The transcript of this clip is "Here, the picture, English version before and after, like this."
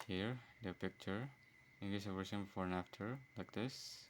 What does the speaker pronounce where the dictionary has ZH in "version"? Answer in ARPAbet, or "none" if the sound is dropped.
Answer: S